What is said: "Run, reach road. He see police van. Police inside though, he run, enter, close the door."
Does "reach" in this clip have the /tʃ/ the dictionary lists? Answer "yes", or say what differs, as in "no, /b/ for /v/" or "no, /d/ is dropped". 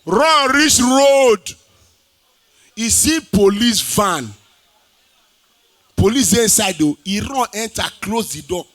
no, /s/ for /tʃ/